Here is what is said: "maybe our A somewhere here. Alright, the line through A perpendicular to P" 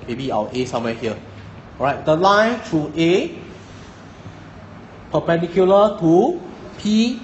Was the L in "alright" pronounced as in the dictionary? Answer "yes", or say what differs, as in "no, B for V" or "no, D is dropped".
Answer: no, L is dropped